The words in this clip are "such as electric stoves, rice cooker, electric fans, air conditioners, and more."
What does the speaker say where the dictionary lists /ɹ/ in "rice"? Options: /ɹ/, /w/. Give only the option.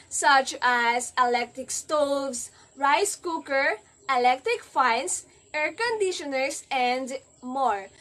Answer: /ɹ/